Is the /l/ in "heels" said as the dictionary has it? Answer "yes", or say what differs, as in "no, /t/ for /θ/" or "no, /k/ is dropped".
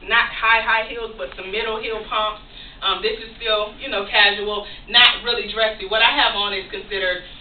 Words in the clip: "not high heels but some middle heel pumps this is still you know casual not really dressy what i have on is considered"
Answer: yes